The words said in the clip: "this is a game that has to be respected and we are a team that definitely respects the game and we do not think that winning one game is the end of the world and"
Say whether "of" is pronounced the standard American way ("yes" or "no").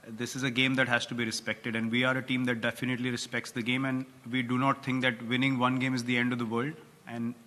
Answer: yes